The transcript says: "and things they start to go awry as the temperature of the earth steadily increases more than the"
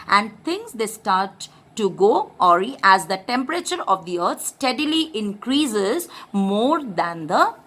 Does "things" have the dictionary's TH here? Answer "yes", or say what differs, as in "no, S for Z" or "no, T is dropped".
no, T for TH